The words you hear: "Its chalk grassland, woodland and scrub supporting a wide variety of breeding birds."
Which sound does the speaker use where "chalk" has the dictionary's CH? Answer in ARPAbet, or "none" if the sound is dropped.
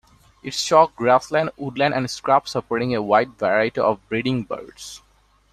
SH